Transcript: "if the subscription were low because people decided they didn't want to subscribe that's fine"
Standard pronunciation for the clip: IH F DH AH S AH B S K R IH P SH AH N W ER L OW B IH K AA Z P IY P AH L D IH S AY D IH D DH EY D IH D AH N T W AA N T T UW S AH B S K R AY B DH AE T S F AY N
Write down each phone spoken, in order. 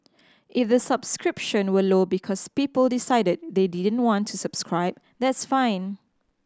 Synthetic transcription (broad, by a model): IH F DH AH S AH B S K R IH P SH AH N W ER L OW B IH K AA S P IY P AH L D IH S AY D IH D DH EY D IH D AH N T W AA N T T UW S AH B S K R AY B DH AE T S F AY N